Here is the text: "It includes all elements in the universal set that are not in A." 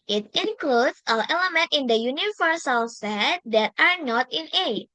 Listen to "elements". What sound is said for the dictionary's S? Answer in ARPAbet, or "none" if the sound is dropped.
none